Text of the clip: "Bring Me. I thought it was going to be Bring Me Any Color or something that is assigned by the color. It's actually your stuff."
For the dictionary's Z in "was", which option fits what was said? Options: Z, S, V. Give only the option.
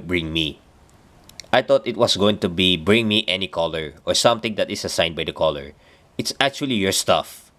S